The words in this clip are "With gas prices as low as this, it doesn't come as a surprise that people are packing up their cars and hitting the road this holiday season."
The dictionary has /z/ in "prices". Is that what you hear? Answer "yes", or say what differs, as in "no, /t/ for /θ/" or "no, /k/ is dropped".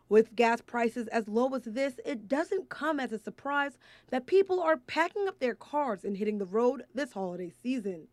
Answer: yes